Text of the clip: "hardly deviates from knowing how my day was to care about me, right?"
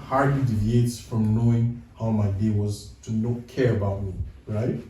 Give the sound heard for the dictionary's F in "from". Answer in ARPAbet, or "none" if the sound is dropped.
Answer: F